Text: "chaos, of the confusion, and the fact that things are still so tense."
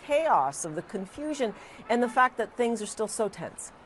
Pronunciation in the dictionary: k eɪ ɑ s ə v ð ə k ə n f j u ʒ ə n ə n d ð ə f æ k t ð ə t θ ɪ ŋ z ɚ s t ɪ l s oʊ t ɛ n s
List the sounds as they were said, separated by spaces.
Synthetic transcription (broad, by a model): eɪ ɑ s ə v ð ə k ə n f j u ʒ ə n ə n ð ə f æ k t ð ə t θ ɪ ŋ z ɚ s t ɪ l s oʊ t ɛ n s